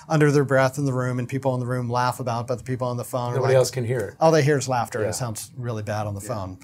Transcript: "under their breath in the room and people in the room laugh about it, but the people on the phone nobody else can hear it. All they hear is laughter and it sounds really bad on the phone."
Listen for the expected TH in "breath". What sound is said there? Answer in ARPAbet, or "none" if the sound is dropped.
TH